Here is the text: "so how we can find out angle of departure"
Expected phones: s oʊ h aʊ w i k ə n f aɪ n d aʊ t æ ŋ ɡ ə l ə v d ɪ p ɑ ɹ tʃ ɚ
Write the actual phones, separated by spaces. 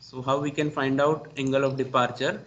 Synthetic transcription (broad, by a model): s oʊ h aʊ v i k ə n f aɪ n d aʊ t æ ŋ ɡ ə l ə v d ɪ p ɑ ɹ tʃ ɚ